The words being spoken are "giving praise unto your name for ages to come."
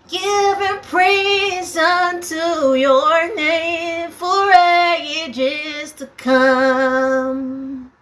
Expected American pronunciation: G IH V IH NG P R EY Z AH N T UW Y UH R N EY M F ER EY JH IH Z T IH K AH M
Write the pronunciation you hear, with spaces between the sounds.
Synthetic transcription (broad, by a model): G IH V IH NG P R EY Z AH N T UW Y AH R N EY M F ER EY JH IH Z T IH K AH M